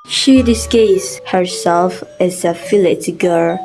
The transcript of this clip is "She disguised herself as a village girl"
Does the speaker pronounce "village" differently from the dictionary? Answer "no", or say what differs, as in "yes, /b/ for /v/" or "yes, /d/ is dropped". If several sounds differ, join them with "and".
yes, /f/ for /v/